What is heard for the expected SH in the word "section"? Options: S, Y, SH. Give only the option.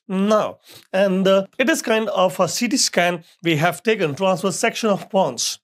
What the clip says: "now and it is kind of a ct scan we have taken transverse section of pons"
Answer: SH